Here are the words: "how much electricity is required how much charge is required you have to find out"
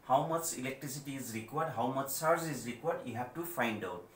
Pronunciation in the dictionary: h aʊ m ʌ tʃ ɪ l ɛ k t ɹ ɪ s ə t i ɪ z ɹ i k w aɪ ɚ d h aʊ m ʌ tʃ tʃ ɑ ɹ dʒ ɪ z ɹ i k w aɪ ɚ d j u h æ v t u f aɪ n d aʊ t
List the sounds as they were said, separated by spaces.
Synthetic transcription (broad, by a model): h aʊ m ʌ tʃ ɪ l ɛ k t ɹ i s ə t i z ɹ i k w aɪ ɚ d h aʊ m ʌ tʃ s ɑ ɹ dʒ ɪ z ɹ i k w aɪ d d j u h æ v t u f aɪ n d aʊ t